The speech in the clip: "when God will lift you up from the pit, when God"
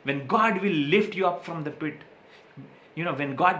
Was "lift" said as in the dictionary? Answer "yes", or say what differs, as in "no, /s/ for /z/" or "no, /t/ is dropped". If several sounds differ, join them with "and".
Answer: yes